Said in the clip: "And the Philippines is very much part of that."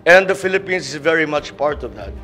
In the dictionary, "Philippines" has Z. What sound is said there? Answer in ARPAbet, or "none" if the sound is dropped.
S